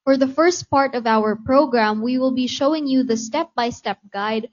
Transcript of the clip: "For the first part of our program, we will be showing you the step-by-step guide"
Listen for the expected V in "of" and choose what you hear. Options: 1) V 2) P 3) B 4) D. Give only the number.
1